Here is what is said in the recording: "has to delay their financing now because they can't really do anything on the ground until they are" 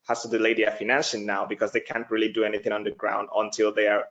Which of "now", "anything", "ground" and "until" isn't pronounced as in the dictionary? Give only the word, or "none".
none